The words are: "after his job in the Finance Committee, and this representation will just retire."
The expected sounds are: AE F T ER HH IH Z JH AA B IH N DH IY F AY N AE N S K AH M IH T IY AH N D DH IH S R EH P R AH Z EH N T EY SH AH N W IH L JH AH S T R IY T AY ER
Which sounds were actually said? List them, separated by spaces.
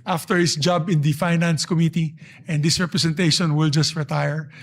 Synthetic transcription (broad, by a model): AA F T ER HH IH S JH AA B IH N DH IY F AY N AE N S K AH M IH T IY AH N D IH S R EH P R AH S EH N T EY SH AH N W IH L JH AH S T R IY T AY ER